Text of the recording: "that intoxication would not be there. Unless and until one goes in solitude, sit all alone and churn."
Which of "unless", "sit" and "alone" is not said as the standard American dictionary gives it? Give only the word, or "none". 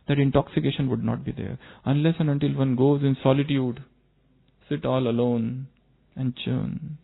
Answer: none